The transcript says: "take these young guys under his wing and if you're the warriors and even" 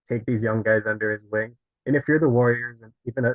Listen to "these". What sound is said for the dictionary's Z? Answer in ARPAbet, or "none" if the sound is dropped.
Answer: Z